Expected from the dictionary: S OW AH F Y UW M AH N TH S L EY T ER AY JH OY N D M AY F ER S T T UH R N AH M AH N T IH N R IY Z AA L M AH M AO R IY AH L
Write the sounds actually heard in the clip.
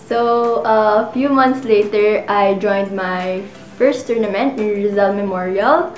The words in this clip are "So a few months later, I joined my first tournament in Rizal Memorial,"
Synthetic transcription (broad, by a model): S OW AH F Y UW M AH N T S L EY T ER AY JH OY N D M AY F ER S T T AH R N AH M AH N T IH N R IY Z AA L M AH M AO R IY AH L